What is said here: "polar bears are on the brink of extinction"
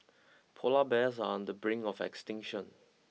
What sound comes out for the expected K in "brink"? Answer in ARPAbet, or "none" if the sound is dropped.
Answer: none